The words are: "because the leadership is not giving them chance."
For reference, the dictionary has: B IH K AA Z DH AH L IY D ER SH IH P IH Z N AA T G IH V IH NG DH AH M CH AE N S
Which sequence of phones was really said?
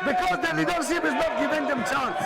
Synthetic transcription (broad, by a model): B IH K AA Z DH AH N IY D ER S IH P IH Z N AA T G IH V IH NG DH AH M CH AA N